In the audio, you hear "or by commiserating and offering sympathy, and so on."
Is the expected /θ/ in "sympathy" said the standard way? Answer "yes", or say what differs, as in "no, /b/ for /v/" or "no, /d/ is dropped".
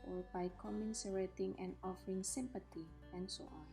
no, /t/ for /θ/